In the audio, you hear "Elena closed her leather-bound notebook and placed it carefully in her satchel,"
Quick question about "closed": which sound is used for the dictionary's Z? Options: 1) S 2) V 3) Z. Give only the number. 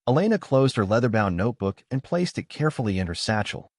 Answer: 3